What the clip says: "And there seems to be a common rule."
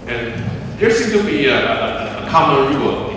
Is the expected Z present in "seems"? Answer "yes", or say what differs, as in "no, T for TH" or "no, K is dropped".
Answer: no, Z is dropped